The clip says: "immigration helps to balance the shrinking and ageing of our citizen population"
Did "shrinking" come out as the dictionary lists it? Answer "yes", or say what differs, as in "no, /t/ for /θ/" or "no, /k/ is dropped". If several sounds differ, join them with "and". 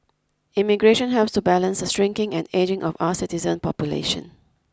no, /s/ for /ʃ/